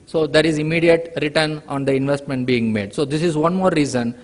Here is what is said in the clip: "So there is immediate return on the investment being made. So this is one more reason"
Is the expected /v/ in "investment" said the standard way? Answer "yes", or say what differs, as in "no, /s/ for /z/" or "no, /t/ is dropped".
yes